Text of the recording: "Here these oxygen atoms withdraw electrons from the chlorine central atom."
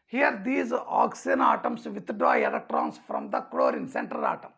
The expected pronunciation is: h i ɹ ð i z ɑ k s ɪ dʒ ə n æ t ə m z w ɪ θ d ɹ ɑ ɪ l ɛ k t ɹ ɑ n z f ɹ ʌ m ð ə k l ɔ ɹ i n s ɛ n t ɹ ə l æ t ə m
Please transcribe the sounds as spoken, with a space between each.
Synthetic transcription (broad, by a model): h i ɹ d i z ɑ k s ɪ ə n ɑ t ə m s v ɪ t d ɹ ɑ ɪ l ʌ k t ɹ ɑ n s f ɹ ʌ m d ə k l ɔ ɹ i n s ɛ n t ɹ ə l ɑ t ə m